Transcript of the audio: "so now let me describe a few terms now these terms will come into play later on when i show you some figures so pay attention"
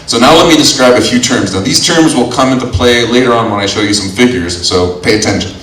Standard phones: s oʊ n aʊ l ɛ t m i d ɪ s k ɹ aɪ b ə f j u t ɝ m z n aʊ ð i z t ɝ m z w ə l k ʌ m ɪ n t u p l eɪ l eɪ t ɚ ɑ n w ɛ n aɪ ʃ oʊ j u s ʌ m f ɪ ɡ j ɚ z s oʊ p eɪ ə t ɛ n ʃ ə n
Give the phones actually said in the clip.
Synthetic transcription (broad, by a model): s oʊ n aʊ l ɛ t m i d ɪ s k ɹ aɪ b ə f j u t ɝ m z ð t ð i z t ɝ m z w ə l k ʌ m ɪ n t u p l eɪ l eɪ t ɚ ɑ n w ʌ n aɪ ʃ oʊ j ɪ s ʌ m f ɪ ɡ j ɚ z s oʊ p eɪ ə t ɛ n ʃ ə n